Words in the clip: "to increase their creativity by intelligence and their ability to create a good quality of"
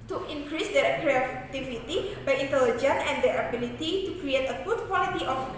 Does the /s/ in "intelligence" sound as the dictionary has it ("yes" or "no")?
no